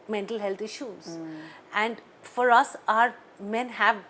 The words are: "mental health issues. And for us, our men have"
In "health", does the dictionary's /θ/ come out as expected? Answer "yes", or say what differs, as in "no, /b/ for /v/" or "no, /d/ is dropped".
no, /t/ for /θ/